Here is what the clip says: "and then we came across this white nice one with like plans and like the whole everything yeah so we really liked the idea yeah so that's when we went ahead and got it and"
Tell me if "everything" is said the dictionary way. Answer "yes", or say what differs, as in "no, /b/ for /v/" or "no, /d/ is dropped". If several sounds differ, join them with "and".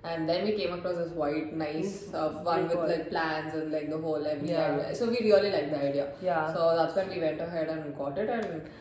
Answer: no, /ɹ/ is dropped